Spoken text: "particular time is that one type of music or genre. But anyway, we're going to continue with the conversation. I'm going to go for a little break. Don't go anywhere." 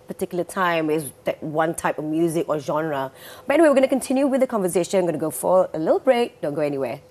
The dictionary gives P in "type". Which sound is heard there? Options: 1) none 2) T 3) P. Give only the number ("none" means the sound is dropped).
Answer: 3